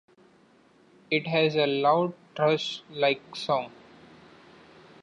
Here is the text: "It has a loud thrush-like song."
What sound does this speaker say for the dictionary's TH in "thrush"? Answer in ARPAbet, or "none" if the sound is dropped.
T